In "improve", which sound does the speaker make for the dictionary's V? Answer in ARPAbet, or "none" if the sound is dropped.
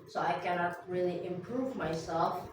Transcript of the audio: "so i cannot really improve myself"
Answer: V